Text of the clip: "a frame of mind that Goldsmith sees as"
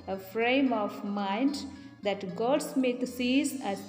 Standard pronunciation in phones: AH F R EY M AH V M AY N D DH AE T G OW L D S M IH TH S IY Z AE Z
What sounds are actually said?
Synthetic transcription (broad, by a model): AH F R EY M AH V M AY N D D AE T G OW D S M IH T S IY Z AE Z